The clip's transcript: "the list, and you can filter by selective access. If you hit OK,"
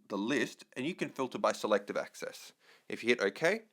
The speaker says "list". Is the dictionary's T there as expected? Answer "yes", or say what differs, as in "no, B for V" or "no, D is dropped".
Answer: yes